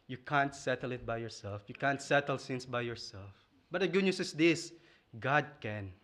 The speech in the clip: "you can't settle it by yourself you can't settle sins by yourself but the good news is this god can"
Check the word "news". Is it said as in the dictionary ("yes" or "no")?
no